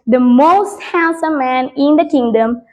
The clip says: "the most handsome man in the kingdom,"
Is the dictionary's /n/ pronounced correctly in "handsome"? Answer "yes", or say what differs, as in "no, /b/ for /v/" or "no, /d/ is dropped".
no, /l/ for /n/